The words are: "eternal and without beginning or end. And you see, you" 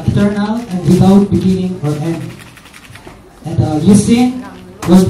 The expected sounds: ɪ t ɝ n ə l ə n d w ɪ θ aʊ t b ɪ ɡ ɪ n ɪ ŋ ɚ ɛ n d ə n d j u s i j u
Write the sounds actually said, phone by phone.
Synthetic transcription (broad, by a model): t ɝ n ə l ə n d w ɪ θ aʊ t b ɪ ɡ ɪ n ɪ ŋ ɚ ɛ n ə n d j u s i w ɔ